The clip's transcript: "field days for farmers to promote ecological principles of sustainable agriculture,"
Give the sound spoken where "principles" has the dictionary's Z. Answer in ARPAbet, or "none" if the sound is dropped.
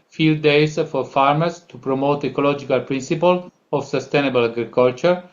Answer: none